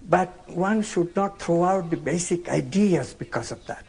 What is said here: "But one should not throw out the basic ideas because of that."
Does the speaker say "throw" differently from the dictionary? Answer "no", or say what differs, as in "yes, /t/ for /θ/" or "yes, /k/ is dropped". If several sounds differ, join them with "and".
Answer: yes, /t/ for /θ/